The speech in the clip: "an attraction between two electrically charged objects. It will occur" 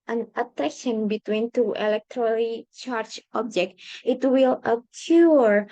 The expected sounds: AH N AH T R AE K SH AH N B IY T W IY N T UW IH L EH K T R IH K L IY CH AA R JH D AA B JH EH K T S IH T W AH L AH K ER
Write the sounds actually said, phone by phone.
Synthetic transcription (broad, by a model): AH N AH T EH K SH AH N B IY T W IY N T UW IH L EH K T R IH L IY CH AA R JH AA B JH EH K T IH T W AH L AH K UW